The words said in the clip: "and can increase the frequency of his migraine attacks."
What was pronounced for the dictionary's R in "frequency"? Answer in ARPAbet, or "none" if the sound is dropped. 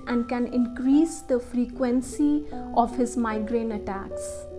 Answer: R